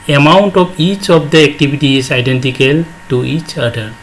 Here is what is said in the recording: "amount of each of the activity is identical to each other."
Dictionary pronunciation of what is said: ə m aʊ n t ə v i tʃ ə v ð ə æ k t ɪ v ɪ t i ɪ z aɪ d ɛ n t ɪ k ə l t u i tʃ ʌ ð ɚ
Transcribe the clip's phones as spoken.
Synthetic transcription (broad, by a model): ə m aʊ n t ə p i tʃ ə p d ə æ k t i b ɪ t i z aɪ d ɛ n t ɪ k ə l t u i tʃ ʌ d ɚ